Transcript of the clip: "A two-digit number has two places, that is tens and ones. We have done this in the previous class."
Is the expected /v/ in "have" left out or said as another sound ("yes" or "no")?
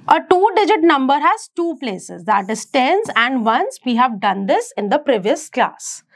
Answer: no